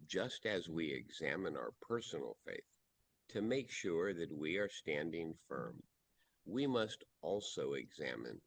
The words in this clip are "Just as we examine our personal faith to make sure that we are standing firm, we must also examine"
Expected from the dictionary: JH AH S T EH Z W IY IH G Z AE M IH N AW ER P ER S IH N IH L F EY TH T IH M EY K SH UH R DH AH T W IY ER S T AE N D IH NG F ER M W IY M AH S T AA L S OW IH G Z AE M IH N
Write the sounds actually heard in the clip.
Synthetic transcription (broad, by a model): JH AH S T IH Z W IY IH G Z AE M IH N AW ER P ER S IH N L F EY TH T IH M EY K SH UH R DH AH T W IY ER S T AE N D IH NG F ER M W IY M AH S T AA L S OW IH G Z AE M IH N